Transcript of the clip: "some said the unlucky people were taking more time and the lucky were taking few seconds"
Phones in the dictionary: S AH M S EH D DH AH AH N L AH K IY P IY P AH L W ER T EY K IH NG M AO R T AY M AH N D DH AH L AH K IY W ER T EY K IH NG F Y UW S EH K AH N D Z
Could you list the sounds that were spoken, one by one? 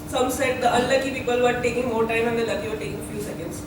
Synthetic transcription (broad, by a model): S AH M S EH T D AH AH L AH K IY P IY P AH L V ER T EY K IH NG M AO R T AY M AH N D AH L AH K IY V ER T EY K IH NG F Y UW S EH K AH N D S